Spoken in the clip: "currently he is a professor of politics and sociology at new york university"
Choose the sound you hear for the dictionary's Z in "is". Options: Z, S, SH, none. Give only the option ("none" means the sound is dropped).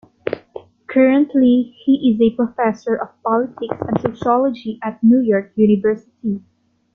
Z